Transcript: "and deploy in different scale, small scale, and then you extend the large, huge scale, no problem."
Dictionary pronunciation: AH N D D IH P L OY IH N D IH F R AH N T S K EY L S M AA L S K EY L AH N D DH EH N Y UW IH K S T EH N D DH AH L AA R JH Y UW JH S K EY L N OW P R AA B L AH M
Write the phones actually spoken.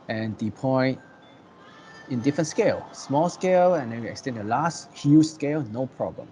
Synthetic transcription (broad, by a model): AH N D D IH P OY IH N D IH F R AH N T S K EY L S M AA L S K EY L AH N D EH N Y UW IH K S T EH N D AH L AA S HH Y UW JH S K EY L N OW P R AA B L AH M